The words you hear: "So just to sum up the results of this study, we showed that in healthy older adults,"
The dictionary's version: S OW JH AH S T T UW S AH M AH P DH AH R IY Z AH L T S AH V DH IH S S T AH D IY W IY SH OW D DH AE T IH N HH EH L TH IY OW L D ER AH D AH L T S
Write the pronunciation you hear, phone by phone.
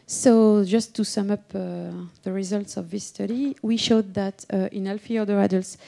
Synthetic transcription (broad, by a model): S OW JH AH S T T UW S AH M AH P DH AH R IY Z AH L T S AH V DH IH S S T AH D IY W IY SH OW D DH AE T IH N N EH L F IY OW D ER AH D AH L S